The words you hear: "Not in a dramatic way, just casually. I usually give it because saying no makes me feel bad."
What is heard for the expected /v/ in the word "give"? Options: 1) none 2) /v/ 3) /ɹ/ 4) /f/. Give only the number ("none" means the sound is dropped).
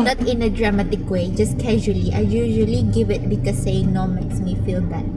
2